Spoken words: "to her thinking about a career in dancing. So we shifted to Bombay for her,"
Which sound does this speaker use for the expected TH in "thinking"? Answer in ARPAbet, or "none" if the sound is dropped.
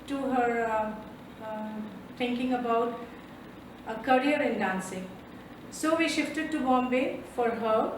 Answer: T